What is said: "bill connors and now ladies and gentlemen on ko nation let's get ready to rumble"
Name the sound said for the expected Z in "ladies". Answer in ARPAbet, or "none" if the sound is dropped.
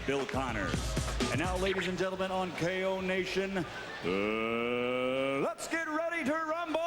Z